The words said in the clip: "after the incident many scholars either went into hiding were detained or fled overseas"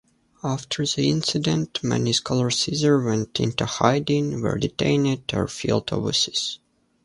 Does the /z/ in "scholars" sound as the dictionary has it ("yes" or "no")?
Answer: no